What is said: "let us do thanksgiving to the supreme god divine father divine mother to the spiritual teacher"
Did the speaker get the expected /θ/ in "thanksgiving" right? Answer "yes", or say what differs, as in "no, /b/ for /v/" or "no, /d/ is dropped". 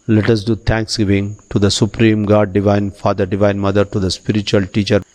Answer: no, /t/ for /θ/